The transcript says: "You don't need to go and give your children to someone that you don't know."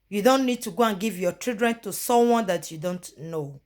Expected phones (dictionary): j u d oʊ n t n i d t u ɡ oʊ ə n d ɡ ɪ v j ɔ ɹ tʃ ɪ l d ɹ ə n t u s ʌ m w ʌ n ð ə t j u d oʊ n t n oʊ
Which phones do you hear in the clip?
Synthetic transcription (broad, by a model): j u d oʊ n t n i d t u ɡ oʊ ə n ɡ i v j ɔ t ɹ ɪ d ɹ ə n t u s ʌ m w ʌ n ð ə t j u d oʊ n t n oʊ